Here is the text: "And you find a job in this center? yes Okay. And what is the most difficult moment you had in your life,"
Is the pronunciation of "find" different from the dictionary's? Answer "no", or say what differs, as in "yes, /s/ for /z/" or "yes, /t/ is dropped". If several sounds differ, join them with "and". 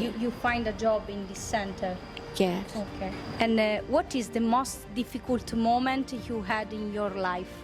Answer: no